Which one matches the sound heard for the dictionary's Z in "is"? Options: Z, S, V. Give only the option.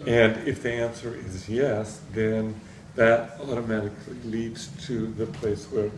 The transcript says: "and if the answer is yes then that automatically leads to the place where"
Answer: Z